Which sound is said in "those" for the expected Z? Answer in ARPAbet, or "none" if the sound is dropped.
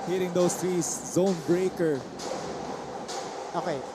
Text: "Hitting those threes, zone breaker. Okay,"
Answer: S